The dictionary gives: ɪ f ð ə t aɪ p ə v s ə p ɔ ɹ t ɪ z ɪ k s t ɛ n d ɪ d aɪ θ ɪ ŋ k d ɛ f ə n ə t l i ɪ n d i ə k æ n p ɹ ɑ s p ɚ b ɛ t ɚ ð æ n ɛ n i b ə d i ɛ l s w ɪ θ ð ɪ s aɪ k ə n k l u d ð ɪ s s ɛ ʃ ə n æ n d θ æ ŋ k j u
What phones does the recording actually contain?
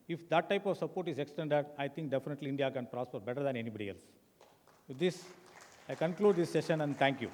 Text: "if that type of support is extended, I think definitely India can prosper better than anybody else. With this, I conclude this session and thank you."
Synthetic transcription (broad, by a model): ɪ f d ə t aɪ p ə v s ə p ɔ ɹ t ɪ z ɪ k s t ɛ n d ɪ d aɪ t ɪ ŋ k d ɛ f ə n ə t l i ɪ n d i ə k æ n p ɹ ɑ s p ɚ b ɛ t ɚ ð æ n ɛ n i b ə d i ɛ l s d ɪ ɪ s aɪ k ə n k l u d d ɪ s s ɛ ʃ ə n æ n d t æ ŋ k j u